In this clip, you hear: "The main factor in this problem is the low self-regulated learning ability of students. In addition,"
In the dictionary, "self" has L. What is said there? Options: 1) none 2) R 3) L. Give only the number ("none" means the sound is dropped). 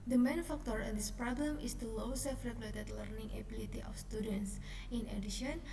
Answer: 1